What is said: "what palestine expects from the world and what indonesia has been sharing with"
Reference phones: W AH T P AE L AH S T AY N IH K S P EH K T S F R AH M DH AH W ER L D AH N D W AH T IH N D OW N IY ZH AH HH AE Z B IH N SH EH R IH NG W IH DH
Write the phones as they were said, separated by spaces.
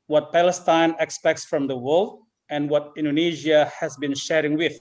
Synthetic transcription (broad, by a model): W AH T P AE L AH S T AY N IH K S P EH K T S F R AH M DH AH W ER L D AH N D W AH T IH N D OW N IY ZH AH HH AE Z B IH N SH EH R IH NG W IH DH